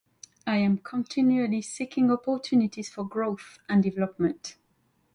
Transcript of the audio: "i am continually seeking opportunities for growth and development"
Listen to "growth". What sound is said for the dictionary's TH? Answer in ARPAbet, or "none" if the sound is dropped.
TH